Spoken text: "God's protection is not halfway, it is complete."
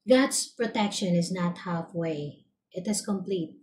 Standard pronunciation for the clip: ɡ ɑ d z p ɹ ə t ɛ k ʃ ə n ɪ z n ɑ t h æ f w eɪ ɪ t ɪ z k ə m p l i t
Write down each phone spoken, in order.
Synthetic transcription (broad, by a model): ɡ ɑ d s p ɹ ə t ɛ k ʃ ə n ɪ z n ɑ t h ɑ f w eɪ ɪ t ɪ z k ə m p l i t